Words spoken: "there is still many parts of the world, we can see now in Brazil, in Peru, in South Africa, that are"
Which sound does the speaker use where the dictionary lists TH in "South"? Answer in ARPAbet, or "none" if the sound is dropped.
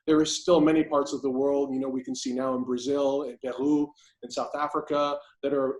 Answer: TH